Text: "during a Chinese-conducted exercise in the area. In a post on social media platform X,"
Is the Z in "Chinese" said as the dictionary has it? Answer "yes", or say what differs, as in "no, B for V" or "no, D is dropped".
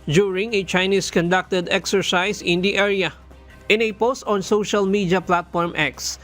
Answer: no, S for Z